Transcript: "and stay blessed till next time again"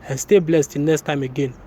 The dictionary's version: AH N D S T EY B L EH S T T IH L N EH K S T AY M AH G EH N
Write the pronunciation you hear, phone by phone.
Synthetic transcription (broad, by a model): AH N S T EY B L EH S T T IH N N EH K S T AY M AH G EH N